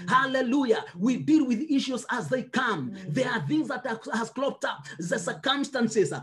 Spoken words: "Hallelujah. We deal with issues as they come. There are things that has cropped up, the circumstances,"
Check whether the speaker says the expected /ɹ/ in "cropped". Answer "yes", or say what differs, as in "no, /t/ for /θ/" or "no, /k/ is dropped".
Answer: no, /l/ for /ɹ/